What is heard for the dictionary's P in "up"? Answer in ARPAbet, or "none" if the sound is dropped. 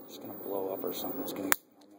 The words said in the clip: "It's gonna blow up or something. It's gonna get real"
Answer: P